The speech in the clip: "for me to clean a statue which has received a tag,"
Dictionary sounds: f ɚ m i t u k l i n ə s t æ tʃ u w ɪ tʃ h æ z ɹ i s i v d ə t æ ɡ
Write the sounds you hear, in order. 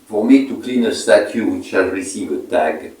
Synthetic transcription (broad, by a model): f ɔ m i t u k l i n ə s t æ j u w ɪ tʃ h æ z ɹ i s i v ə t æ ɡ